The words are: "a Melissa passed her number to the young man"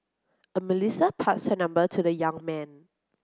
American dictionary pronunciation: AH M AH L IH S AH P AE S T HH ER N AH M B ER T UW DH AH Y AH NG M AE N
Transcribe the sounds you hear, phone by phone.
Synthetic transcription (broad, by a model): AH M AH L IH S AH P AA T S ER N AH M B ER T UW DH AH Y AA NG M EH N